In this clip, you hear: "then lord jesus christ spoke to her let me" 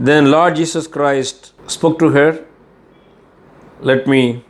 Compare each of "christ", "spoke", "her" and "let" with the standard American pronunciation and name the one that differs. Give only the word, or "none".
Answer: none